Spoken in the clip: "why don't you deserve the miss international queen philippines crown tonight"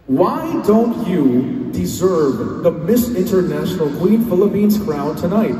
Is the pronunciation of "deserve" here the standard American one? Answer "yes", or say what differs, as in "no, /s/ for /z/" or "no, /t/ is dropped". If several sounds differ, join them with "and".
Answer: yes